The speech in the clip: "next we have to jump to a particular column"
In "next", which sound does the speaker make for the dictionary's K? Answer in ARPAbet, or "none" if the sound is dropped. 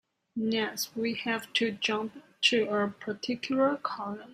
none